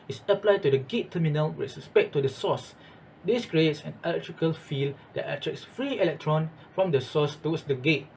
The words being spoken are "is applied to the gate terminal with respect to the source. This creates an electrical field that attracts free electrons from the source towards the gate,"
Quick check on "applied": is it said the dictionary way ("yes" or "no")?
yes